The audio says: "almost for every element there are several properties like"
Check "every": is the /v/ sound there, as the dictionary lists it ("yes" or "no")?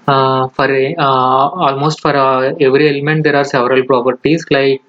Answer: yes